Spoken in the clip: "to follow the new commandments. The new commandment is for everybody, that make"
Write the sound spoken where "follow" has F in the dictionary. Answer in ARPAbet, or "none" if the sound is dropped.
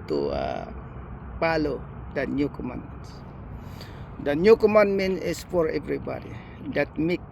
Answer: P